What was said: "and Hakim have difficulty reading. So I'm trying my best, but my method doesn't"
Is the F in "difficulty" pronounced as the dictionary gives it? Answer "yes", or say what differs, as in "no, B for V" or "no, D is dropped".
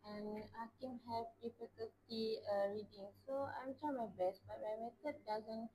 no, P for F